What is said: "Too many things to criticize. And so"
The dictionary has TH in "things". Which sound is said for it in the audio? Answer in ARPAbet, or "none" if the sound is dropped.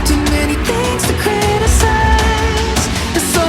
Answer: TH